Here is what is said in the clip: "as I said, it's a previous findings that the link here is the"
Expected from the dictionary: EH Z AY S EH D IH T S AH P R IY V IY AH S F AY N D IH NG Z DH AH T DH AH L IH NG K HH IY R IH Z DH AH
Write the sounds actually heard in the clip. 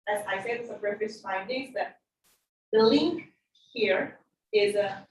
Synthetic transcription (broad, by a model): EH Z AY S EH D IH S AH B R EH F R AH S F AY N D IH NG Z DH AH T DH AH L IH NG K HH IY R IH Z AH